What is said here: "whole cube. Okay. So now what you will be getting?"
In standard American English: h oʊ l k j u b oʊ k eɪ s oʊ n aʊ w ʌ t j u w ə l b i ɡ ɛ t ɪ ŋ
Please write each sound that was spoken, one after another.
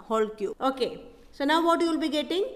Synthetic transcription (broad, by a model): h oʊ l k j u oʊ k eɪ s oʊ n aʊ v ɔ t j u l b i ɡ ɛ t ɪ ŋ